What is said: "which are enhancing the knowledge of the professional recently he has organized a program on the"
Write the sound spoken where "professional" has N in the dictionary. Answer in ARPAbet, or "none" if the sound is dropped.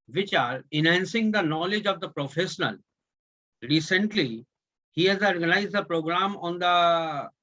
N